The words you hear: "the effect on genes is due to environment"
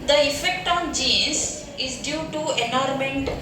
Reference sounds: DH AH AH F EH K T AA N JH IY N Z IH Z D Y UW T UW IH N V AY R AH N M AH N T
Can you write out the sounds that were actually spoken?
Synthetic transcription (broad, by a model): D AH AH F EH K T AA N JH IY Z IH Z D Y UW T UW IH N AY R M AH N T